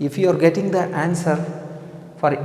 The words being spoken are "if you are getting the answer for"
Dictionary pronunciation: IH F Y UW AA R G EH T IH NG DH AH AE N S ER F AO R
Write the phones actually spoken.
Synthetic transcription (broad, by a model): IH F Y UW AA R G EH T IH NG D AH AE N S ER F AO R